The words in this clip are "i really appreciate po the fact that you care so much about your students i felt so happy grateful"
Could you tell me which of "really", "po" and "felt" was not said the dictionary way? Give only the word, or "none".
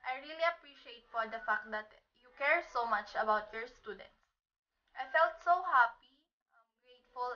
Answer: po